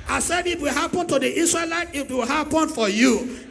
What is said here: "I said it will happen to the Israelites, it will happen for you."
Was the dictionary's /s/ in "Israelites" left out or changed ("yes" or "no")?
yes